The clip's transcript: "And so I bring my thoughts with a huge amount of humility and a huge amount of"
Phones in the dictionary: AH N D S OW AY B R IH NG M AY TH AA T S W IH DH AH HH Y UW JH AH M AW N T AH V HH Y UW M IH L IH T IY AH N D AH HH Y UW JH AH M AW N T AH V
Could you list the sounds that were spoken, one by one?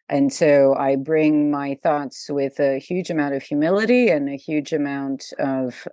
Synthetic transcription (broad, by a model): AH N S OW AY B R IH NG M AY TH AA T S W IH DH AH HH Y UW JH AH M AW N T AH V HH Y UW M IH L IH T IY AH N AH HH Y UW JH AH M AW N T AH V